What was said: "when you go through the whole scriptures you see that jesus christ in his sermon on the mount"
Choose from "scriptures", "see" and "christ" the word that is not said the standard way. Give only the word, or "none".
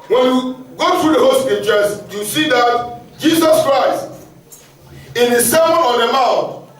scriptures